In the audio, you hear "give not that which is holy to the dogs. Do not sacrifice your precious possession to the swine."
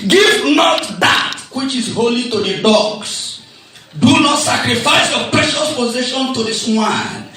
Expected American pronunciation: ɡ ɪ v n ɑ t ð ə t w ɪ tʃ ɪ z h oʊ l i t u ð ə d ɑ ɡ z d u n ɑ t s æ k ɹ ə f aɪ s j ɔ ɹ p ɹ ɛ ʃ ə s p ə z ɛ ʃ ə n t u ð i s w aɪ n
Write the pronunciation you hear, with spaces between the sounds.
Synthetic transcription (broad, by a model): ɡ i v n ɑ t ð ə t w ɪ tʃ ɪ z h oʊ l i t u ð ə d ɑ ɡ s d u n ɑ t s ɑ k ɹ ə f aɪ s j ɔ p ɹ ɛ ʃ ə s p ə z ɛ ʃ ə n t u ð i s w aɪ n